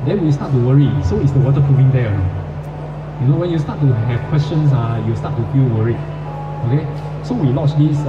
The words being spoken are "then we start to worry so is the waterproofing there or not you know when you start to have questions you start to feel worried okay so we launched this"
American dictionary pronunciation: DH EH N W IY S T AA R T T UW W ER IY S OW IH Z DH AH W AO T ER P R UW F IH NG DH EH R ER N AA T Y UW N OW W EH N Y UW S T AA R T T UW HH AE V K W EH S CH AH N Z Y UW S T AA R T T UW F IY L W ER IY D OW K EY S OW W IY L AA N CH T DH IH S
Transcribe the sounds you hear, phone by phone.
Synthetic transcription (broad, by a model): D EH N W IY S T AA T T UW W ER IY S OW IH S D AH W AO T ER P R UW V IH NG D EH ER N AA Y UW N OW W EH N Y UW S T AA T T UW HH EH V K W EH S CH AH N S Y UW S T AA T T UW F IY L W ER IY OW K EY S OW W IY L AA CH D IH S